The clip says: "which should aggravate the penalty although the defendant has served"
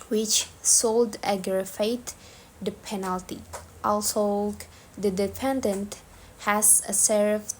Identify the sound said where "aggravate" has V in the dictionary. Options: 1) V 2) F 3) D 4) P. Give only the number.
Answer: 2